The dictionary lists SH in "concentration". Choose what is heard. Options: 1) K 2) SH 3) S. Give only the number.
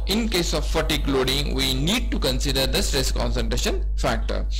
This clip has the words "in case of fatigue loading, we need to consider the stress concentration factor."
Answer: 2